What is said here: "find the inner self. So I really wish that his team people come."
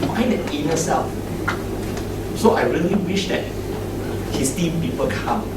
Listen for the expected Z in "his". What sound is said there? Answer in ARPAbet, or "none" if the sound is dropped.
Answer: S